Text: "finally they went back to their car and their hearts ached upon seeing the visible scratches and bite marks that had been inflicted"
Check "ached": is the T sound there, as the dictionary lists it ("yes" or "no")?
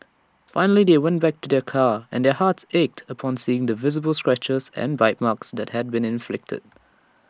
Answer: yes